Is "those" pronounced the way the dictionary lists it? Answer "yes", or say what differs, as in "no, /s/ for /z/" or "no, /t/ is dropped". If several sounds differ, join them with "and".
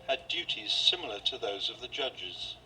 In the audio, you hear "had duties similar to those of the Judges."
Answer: yes